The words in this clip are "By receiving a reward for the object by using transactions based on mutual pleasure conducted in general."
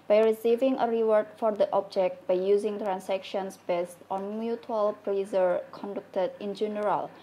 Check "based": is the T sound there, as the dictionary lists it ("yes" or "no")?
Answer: yes